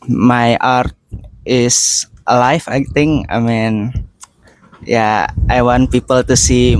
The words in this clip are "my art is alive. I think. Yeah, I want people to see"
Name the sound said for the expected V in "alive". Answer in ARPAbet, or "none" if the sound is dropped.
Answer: F